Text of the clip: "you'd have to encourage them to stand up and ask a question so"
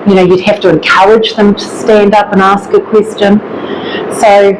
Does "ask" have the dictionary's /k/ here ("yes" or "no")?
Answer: yes